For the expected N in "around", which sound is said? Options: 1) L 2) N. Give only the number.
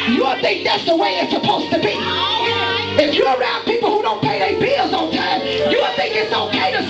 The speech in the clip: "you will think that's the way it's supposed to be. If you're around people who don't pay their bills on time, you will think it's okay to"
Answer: 2